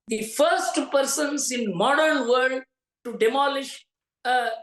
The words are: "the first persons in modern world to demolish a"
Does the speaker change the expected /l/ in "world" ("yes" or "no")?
yes